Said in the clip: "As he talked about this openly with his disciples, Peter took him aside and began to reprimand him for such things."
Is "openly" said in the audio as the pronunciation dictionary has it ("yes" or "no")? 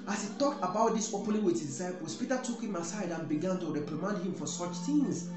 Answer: no